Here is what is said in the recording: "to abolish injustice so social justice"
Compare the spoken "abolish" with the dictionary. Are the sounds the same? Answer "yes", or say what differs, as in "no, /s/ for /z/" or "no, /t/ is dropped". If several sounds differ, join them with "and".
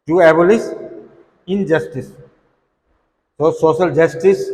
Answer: no, /s/ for /ʃ/